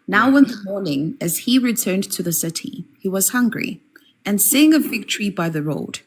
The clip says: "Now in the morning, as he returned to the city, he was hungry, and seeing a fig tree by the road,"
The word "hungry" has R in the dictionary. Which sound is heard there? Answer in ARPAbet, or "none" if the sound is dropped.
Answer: R